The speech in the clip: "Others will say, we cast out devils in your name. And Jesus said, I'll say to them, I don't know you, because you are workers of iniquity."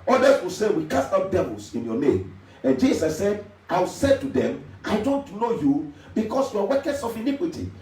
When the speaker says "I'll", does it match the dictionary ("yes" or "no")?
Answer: no